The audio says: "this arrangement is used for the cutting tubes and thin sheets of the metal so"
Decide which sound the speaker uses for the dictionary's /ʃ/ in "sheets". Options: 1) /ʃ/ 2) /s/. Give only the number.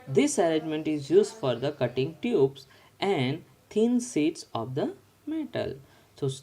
2